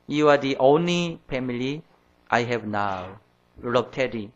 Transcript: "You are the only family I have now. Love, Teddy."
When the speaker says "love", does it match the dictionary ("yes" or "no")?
no